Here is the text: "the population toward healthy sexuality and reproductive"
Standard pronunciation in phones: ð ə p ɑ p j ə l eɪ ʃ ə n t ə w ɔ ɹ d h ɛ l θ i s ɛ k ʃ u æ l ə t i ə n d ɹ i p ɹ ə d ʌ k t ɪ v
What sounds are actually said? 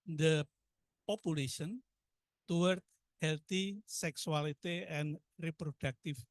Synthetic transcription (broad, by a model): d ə p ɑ p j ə l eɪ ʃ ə n t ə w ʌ ɹ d h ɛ l t i s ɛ k s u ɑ l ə t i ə n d ɹ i p ɹ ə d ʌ k t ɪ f